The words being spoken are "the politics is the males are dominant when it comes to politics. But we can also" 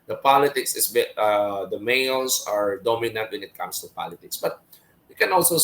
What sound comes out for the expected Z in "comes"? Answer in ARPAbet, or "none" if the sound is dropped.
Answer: S